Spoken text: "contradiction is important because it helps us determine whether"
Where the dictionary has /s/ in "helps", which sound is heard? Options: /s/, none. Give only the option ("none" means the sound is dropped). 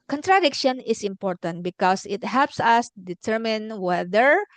/s/